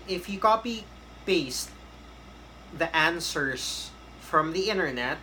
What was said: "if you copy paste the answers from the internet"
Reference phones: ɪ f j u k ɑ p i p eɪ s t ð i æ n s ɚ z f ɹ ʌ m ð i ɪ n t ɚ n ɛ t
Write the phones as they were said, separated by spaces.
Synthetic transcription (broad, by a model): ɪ f j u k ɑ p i b eɪ s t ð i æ n s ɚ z f ɹ ʌ m ð i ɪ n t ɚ n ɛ t